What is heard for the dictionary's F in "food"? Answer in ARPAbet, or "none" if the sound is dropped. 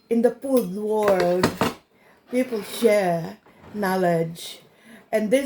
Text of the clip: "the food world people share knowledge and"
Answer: P